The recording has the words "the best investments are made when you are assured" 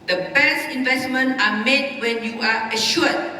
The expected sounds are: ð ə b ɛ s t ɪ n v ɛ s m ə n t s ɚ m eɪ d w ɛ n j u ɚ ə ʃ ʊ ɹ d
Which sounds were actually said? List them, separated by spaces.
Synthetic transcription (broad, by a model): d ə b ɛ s ɪ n v ɛ s m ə n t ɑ m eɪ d w ɛ n j u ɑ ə ʃ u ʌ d